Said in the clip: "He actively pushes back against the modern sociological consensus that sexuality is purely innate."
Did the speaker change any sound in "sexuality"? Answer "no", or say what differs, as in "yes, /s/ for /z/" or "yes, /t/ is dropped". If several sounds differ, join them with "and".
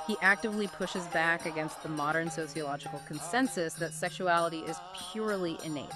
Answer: no